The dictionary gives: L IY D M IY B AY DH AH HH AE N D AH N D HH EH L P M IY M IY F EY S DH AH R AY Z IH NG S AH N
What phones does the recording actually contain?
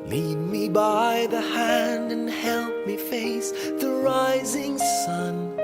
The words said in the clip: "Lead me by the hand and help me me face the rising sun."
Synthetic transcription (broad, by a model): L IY D M IY B AY DH AH HH AE N D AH N HH EH L P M M IY F EY S DH AH R AY Z IH NG S AH N